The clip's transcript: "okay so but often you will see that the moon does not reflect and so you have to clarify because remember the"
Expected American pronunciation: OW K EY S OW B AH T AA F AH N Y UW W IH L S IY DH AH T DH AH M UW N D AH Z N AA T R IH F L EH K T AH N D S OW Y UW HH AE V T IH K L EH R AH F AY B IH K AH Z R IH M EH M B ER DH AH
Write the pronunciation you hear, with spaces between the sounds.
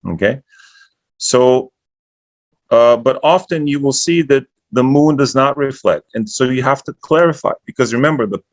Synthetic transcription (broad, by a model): OW K EY S OW B AH T AA F AH N Y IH W IH L S IY DH AH T DH AH M UW N D AH Z N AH T R IH F L EH K T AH N S OW Y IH HH AE F T IH K L EH R AH F AY B IH K AH Z R IH M EH M B ER DH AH